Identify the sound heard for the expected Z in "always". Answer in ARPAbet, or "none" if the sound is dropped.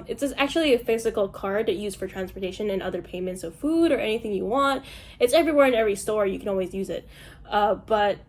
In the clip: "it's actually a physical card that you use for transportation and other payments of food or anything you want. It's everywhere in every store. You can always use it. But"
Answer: Z